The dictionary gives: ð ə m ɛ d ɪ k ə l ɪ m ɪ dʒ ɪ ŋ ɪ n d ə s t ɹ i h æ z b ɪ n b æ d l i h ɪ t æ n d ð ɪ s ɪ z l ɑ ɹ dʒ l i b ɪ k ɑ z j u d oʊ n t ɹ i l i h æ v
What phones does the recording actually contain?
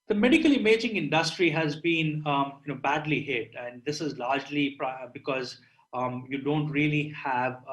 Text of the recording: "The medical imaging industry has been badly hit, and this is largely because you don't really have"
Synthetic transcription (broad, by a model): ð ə m ɛ d ɪ k ə l ɪ m ɪ dʒ ɪ ŋ ɪ n d ə s t ɹ i h æ z b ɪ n b æ d l i h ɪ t æ n d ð ɪ s ɪ z l ɑ ɹ dʒ l i b ɪ k ɑ z j u d oʊ n t ɹ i l i h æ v